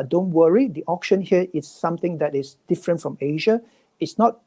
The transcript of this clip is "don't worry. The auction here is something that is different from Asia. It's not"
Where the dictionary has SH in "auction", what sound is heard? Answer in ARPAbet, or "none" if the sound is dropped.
SH